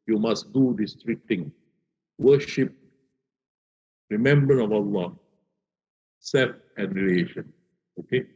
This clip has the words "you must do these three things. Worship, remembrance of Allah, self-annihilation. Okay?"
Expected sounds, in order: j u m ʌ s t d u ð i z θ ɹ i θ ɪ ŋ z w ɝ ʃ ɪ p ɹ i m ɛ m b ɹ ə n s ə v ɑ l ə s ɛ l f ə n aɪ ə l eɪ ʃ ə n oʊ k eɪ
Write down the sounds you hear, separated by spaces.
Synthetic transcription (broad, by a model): j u m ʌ s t d u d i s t ɹ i t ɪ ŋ w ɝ ʃ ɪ p ɹ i m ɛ m b ɹ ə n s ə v ɑ l ə s ɛ l f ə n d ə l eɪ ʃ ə n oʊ k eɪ